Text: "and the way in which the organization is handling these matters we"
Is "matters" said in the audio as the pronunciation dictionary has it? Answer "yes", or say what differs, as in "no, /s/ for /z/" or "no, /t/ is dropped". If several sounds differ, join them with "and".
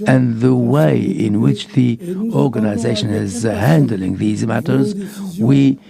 yes